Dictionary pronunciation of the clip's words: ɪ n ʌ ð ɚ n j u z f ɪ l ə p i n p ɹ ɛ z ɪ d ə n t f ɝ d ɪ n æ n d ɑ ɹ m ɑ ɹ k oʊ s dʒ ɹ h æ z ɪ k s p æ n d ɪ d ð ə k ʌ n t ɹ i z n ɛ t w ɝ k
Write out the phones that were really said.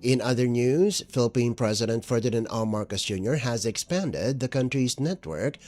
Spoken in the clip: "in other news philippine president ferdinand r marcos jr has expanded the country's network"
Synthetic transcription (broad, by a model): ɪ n ʌ ð ɚ n j u z f ɪ l ə p i n p ɹ ɛ z ɪ d ə n t f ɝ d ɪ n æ n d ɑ l m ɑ ɹ k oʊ s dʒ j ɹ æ z ɪ k s p æ n d ɪ d ð ə k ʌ n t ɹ i z n ɛ t w ɝ k